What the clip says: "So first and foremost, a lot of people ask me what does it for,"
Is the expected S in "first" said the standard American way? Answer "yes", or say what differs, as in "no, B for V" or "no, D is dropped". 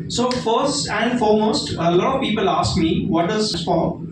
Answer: yes